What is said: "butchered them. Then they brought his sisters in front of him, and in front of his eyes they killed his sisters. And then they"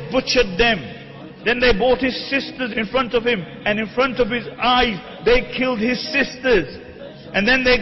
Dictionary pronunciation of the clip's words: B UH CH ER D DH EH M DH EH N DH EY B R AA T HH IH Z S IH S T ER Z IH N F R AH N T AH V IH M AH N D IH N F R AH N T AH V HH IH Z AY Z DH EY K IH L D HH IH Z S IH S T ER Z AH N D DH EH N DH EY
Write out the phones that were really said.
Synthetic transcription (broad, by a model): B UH CH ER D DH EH M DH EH N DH EY B AA T HH IH Z S IH S T ER Z IH N F R AH N T AH V IH M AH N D IH N F R AH N T AH V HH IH Z AY Z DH EY K IH L D HH IH Z S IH S T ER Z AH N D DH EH N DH EY